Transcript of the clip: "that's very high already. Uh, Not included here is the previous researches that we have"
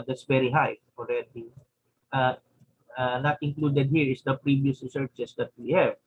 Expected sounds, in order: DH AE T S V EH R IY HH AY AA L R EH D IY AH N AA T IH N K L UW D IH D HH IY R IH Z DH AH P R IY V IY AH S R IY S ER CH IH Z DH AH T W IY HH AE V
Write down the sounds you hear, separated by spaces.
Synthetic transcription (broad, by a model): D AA T S V EH R IY HH AY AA L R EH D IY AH N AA T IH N K L UW D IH D HH IY R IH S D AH P R IY V IY AH S R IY S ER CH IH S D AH T W IY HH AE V